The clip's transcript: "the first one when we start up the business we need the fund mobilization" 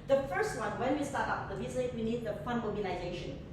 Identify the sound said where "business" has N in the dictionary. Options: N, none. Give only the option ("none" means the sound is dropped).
none